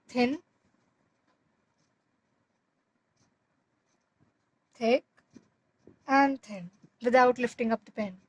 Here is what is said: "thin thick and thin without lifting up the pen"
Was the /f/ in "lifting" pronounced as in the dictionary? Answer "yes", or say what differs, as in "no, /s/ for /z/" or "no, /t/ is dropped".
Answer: yes